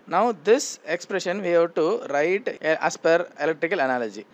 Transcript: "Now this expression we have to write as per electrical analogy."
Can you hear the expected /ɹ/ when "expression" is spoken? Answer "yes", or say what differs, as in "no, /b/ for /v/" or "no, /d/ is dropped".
yes